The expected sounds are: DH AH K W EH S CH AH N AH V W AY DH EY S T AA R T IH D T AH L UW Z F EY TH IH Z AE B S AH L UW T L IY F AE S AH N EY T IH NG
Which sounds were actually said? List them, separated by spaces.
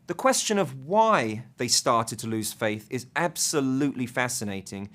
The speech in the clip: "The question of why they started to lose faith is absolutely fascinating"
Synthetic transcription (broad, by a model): DH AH K W EH S CH AH N AH V W AY DH EY S T AA R T IH D T AH L UW Z F EY TH IH Z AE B S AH L UW T L IY F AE S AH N EY T IH NG